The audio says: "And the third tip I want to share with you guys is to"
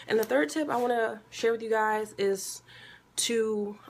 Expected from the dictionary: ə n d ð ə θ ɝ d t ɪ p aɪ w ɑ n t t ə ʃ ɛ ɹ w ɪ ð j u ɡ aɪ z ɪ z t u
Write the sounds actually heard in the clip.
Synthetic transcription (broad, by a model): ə n ð ə θ ɝ d t ɪ p aɪ w ɑ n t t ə ʃ ɛ ɹ w ɪ ð j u ɡ aɪ z ɪ z t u